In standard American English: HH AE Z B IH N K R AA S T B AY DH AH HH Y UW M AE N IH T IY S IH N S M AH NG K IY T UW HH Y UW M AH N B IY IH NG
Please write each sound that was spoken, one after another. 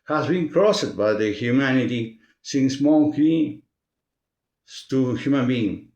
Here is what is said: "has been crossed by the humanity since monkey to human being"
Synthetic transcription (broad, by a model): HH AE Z B IH N K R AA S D B AY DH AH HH Y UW M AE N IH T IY S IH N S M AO K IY T UW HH Y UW M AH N B IY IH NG